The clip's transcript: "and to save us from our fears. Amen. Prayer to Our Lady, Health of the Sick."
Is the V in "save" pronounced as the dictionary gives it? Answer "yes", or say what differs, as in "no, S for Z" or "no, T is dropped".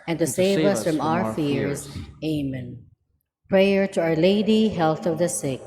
yes